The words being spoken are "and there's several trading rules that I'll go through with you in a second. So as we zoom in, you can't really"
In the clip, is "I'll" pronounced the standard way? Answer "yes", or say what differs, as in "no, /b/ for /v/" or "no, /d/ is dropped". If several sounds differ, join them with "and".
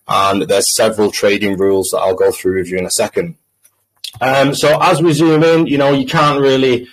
yes